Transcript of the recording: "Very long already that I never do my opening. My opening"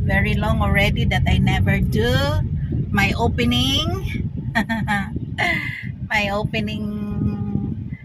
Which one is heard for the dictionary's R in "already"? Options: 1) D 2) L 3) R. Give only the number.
3